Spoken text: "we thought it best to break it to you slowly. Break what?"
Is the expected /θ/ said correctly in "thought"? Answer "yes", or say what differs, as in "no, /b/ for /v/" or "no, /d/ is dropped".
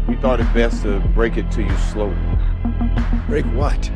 yes